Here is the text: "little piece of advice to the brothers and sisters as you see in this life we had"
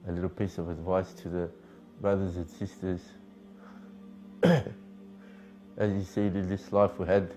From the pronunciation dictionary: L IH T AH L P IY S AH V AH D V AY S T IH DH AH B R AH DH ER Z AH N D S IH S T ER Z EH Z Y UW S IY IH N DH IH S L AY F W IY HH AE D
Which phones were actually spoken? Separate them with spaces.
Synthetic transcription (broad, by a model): L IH T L P IY S AH V AH D V AY S T IH DH AH B R AH DH ER Z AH N S IH S T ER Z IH Z Y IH S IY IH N DH IH S L AY F W IY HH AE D